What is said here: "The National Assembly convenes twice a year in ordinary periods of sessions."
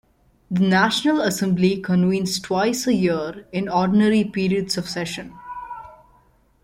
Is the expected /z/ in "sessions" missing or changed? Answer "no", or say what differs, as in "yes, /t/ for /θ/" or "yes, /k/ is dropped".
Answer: yes, /z/ is dropped